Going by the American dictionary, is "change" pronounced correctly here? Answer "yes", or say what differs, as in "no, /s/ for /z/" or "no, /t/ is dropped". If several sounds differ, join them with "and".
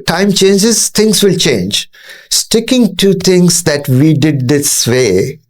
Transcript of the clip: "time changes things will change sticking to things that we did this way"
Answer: yes